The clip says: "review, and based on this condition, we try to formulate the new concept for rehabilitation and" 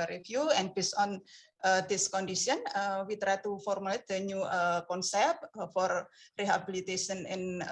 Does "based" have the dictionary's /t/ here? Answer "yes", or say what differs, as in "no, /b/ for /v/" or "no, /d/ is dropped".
no, /t/ is dropped